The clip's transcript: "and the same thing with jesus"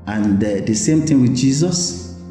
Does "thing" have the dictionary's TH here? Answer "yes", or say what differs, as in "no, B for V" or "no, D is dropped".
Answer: no, T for TH